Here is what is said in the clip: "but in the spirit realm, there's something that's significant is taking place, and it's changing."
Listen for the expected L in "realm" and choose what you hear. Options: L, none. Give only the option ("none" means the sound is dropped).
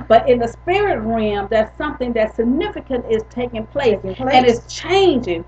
none